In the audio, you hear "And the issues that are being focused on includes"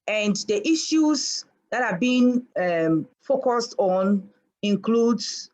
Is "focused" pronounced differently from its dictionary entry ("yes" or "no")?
no